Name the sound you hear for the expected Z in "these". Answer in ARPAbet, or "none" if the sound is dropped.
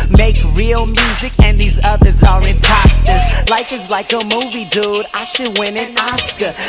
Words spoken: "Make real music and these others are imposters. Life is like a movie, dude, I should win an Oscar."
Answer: Z